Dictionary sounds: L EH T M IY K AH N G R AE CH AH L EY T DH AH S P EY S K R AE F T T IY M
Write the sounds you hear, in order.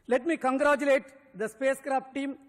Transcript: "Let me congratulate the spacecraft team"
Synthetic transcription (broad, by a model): L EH T M IY K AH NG G R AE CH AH L EY T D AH S P EY S K R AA P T T IY M